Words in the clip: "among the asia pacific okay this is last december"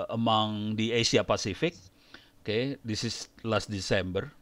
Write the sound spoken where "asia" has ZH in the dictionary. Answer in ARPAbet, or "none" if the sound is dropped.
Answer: S